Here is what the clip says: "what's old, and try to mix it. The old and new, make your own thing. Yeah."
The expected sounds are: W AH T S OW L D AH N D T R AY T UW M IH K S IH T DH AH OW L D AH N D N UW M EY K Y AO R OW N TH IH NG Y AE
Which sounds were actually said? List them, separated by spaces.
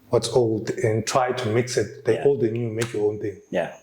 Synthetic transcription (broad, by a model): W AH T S OW L D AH N T R AY T UW M IH K S IH T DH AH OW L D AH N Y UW M EY K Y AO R OW N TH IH NG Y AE